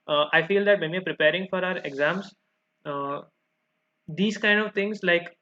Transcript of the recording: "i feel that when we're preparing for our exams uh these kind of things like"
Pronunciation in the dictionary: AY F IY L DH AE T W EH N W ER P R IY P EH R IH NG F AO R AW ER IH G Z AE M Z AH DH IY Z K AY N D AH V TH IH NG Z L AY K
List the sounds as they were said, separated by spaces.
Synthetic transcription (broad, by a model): AY F IY L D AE T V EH N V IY P R IY P EH R IH NG F AO R AW ER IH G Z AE M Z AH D IY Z K AY N D AH V T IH NG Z L AY K